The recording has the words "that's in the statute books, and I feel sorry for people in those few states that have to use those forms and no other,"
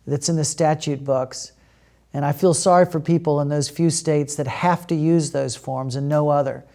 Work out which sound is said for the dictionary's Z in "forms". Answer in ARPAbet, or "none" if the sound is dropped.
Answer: Z